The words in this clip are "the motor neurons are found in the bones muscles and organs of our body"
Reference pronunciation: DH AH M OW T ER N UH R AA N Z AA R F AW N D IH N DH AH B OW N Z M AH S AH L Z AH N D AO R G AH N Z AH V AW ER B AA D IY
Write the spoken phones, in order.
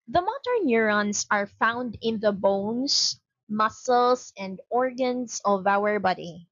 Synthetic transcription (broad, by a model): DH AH M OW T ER N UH R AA N S AA R F AW N D IH N DH AH B OW N S M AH S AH L S AH N D AO R G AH N S AH V AW ER B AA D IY